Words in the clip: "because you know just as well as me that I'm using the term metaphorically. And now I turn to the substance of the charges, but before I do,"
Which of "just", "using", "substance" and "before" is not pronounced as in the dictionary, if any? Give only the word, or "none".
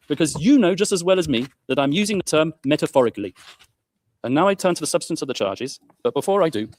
none